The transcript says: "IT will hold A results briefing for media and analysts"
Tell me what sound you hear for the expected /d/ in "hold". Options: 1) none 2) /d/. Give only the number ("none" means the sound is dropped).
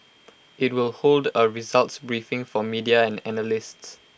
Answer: 2